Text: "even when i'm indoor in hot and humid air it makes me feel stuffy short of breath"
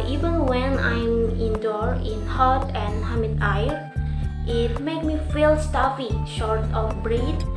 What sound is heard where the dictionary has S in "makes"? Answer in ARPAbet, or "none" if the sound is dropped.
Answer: none